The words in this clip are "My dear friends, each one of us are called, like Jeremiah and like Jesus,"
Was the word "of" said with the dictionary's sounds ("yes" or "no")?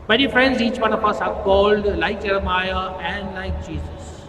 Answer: no